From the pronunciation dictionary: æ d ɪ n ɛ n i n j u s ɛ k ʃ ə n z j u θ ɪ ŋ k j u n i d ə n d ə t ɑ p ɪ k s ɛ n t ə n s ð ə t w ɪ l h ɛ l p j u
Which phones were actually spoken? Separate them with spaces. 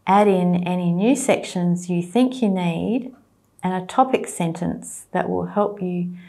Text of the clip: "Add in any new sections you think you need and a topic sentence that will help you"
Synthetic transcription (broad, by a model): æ d ɪ n ɛ n i n j u s ɛ k ʃ ə n z j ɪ θ ɪ ŋ k j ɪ n i d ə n ə t ɑ p ɪ k s ɛ n t ə n s ð ə t w ɪ l h ɛ l p j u